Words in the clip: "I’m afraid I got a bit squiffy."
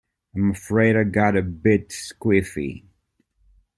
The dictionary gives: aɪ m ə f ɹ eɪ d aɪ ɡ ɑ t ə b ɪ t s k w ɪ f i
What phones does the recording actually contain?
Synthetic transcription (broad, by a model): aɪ m ə f ɹ eɪ d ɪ ɡ ɑ t ə b ɪ t s k w ɪ f i